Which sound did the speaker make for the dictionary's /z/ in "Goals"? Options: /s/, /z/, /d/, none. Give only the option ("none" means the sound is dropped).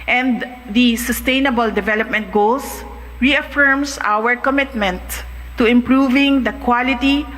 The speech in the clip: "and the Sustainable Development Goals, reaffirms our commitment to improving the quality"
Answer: /s/